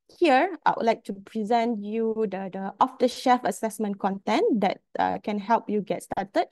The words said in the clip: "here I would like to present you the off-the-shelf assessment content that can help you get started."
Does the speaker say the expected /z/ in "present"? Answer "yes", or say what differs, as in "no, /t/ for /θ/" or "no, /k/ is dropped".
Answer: yes